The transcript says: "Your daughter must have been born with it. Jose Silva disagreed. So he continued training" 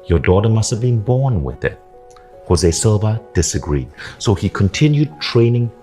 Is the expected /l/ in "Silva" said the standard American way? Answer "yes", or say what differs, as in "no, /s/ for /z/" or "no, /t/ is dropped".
yes